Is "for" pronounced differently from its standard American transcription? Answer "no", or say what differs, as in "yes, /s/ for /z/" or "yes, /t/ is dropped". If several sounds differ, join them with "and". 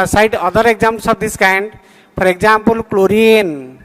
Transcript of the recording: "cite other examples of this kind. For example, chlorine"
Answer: yes, /p/ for /f/